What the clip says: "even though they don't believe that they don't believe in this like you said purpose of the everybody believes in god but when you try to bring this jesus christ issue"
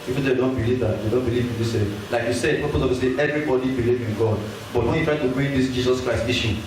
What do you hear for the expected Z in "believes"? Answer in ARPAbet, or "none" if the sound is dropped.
none